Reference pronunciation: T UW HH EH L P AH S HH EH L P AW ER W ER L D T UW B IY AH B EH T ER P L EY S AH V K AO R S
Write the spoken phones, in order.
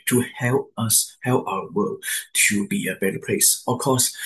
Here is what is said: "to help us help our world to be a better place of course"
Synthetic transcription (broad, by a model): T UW HH EH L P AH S HH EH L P AW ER W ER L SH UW B IY AH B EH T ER P L EY S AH F K AO S